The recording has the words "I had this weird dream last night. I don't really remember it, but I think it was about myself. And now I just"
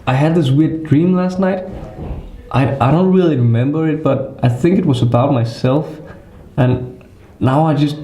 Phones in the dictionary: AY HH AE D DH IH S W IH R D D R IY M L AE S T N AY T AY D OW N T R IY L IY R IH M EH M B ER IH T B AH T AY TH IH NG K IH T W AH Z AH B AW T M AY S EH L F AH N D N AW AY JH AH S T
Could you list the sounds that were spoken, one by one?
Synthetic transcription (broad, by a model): AY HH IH D DH IH S W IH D D R IY M L AE S T N AY T AY D OW N T R IY L IY R IH M EH M B ER IH T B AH T AY TH IH NG K IH T W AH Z AH B AW T M AY S EH L F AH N N AW AY JH AH S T